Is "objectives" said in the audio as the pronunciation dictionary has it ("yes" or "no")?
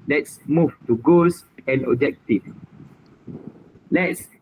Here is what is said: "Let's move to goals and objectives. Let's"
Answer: no